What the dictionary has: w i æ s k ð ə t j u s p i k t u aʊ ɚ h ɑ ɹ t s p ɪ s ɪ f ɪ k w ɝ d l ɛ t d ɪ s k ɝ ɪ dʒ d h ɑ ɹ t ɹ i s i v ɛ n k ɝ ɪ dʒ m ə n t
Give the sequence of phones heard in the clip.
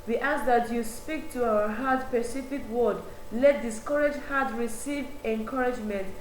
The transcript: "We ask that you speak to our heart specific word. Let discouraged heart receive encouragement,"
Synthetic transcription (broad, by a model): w i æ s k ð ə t j u s p i k t u aʊ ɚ h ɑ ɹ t p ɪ s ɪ f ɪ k w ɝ d l ɛ t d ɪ s k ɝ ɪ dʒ h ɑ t ɹ i s i v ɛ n k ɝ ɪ dʒ m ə n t